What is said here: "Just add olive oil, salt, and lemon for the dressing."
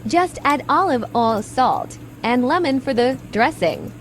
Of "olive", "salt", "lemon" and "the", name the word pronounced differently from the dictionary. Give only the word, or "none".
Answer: none